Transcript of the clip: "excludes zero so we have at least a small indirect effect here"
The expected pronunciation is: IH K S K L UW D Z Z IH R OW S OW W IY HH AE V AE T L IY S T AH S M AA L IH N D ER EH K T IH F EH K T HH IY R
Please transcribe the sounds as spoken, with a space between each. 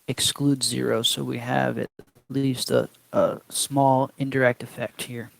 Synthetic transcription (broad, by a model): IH K S K L UW D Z Z IH R OW S OW W IY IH V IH T L IY S T AH S M AA L IH N D ER EH K T IH F EH K T HH IY R